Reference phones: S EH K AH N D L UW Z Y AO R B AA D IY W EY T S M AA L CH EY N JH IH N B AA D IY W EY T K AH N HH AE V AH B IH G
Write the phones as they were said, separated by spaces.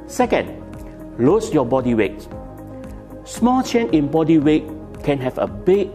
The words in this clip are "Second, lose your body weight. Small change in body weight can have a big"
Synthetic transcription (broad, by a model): S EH K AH N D L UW S Y AO B AA D IY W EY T S M AA L CH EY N IH N B AA D IY W EY T K AH N HH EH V AH B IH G